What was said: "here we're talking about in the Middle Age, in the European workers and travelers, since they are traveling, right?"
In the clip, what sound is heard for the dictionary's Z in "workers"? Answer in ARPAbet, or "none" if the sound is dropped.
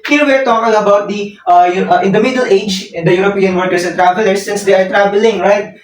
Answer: S